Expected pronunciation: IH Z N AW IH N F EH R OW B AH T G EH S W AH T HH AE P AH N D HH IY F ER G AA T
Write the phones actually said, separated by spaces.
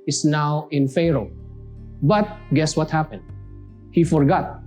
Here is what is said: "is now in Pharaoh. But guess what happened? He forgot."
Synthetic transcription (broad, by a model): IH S N AW IH N F EH R OW B AH T G EH S W AH T HH AE P AH N D HH IY F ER G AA T